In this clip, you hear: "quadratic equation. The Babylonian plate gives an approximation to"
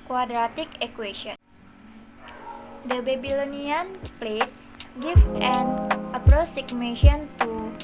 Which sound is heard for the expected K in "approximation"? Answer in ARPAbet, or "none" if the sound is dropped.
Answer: none